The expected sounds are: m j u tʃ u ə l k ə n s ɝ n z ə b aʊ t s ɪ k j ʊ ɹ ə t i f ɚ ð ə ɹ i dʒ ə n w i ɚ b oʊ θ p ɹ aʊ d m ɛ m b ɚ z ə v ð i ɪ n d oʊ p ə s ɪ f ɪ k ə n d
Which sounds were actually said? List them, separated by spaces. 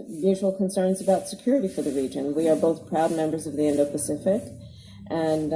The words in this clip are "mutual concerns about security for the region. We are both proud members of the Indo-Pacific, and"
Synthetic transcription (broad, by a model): m j u tʃ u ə l k ə n s ɝ n z ə b aʊ t s ɪ k j ʊ ɹ ə t i f ɚ ð ə ɹ i dʒ ə n w i ɚ b oʊ θ p ɹ aʊ d m ɛ m b ɚ z ə v ð i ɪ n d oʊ p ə s ɪ f ɪ k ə n